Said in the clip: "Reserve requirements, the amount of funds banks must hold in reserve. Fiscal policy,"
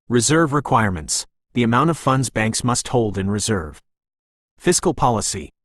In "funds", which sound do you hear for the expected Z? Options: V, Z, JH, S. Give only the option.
Z